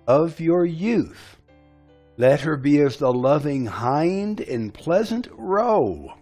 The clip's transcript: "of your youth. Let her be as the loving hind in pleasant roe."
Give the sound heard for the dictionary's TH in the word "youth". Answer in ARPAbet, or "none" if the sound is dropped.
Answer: TH